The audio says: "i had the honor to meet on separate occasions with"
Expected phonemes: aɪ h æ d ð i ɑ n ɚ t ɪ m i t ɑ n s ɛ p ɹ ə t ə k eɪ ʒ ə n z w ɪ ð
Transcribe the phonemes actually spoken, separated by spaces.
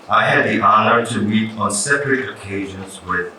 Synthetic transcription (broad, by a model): aɪ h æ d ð i ɑ n ɚ t ɪ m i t ɑ n s ɛ p ɹ ə t ə k eɪ ʒ ə n z w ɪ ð